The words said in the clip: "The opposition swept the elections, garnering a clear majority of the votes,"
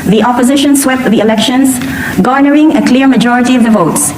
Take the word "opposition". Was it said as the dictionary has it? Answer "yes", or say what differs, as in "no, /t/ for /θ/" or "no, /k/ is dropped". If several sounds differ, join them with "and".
yes